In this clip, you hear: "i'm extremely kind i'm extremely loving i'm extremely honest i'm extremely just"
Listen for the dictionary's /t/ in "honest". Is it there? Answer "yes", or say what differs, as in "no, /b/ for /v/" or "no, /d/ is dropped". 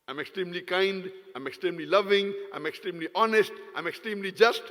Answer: yes